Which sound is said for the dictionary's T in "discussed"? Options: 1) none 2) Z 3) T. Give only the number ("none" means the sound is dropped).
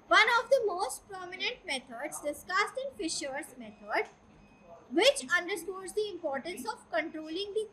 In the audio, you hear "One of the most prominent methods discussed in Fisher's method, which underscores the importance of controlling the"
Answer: 3